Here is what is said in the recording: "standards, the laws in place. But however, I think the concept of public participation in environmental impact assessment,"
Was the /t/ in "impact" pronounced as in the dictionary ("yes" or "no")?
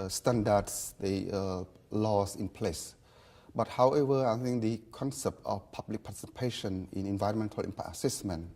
no